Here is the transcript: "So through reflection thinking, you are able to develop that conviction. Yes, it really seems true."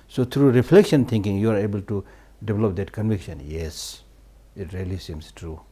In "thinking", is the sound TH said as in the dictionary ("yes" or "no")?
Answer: no